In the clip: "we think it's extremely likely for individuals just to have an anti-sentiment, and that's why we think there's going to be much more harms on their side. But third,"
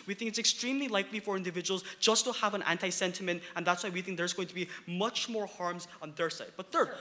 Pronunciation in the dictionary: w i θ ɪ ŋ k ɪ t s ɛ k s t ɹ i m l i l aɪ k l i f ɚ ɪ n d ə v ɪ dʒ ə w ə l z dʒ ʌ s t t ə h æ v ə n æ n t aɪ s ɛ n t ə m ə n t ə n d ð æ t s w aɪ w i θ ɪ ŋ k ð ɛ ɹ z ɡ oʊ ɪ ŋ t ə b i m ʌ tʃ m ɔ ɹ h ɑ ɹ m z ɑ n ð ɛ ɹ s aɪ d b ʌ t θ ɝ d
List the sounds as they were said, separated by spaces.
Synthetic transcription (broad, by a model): w i θ ɪ ŋ k ɪ t s ɛ k s t ɹ i m l i l aɪ k l i f ɚ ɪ n d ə v ɪ dʒ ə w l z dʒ ʌ s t t ə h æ v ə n æ n t aɪ s ɛ n t ə m ə n t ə n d ð æ t s w aɪ w i θ ɪ ŋ k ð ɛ ɹ z ɡ oʊ ɪ ŋ t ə b i m ʌ tʃ m ɔ ɹ h ɑ ɹ m z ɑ n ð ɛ ɹ s aɪ d b ʌ t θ ɝ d